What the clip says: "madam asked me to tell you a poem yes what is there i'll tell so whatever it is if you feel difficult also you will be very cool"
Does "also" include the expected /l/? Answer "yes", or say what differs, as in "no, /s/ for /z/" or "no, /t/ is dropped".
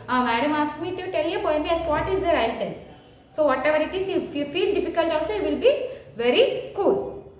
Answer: no, /l/ is dropped